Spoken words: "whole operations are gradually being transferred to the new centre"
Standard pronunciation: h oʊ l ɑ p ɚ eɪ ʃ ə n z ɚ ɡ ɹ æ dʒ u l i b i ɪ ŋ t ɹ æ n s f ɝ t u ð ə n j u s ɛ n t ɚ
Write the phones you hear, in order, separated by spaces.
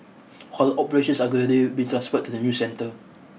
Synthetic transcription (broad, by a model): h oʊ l ɑ p ɚ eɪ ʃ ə n s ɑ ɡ ɔ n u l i b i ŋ t ɹ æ n s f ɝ t u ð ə n j u s ɛ n t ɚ